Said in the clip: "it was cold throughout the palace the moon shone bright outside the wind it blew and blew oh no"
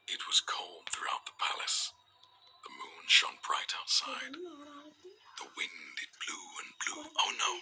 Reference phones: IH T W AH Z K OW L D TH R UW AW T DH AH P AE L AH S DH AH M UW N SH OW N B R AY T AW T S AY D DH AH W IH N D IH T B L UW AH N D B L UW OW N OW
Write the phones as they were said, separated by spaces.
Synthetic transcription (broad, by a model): IH T W AH Z K OW L D TH R UW AW T DH AH P AE L AH S DH AH M UW N SH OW N B R AY T AW T S AY D DH AH W IH N D IH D B L UW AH N B L UW OW N OW